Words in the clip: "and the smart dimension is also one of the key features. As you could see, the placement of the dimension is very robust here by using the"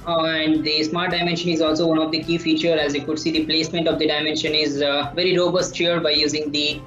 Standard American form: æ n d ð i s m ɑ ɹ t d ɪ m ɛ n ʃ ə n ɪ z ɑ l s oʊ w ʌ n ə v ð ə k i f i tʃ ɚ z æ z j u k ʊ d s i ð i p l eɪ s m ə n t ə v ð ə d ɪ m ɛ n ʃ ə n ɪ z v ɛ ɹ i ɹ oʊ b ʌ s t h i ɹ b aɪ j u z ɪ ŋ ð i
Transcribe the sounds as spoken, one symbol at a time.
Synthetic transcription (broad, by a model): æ n d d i s m ɑ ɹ t d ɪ m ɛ n ʃ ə n ɪ z ɑ l s oʊ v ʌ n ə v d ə k i f i tʃ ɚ æ z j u k ʊ d s i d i p l eɪ s m ə n t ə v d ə d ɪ m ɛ n ʃ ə n ɪ z v ɛ ɹ i ɹ oʊ b ʌ s t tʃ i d b aɪ j u z ɪ ŋ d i